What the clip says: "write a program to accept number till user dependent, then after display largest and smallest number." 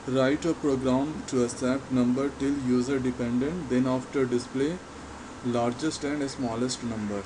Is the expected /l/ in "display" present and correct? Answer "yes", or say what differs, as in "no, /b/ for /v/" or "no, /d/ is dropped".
yes